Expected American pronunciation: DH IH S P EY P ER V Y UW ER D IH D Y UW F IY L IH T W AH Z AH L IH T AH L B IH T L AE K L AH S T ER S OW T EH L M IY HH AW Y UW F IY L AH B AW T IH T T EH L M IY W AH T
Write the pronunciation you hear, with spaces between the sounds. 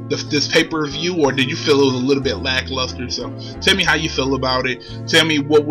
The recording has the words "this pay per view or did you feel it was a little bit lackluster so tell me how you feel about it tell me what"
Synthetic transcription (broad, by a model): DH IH S P EY P ER V Y UW ER D IH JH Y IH F IY L IH T W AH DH AH L IH T L B IH T L AE K L AH S T ER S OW T EH L M IY HH AW Y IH F IY L AH B AW T IH T T EH L M IY W AH T